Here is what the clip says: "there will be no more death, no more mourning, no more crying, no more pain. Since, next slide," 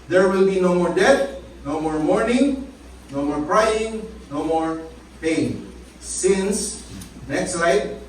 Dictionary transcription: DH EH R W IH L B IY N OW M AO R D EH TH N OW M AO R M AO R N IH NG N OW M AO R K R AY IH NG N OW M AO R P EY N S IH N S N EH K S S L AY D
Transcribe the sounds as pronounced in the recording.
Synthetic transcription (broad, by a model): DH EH R W IH L B IY N OW M AO R D EH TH N OW M AO R M AO R N IH NG N OW M AO R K R AY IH NG N OW M AO R P EY N S IH N S N EH K S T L AY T